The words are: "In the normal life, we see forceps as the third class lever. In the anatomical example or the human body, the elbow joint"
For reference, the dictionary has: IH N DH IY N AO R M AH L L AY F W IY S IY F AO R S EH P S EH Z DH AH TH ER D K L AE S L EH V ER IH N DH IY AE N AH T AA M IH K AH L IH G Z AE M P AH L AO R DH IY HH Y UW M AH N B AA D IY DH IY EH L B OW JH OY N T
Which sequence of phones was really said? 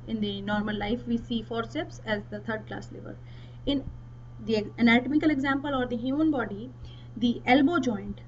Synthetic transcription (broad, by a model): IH N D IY N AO R M AH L L AY F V IY S IY F AO R S EH P S EH Z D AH T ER D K L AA S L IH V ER IH N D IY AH N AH T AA M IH K AH L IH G Z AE M P AH L AO R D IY HH Y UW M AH N B AA D IY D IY EH L B OW JH OY N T